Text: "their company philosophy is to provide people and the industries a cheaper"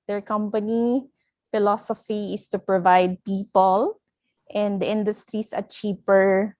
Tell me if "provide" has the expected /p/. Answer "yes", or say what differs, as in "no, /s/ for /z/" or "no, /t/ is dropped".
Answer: yes